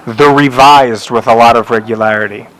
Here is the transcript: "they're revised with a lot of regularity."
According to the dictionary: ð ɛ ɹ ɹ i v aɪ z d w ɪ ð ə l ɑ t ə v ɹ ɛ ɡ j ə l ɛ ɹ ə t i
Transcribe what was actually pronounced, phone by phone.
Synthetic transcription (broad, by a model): ð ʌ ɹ ɹ i v aɪ z d w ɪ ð ə l ɑ t ə v ɹ ɛ ɡ j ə l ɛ ɹ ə t i